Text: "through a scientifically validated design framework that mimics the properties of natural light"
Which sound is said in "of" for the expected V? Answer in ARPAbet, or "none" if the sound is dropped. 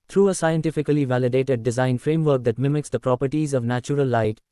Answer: V